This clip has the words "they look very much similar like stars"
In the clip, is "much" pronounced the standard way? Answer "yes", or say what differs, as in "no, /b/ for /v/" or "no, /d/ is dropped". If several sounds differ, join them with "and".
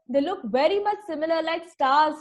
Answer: yes